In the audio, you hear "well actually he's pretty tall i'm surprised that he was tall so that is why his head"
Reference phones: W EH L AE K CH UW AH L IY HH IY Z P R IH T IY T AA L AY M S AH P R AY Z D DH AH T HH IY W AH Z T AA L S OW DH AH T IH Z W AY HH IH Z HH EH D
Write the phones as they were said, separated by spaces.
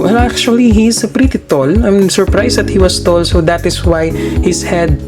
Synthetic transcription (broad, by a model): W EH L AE K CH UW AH L IY HH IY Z P R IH T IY T AA L AY M S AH P R AY S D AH T HH IY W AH S T AA L S OW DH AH T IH S W AY HH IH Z HH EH D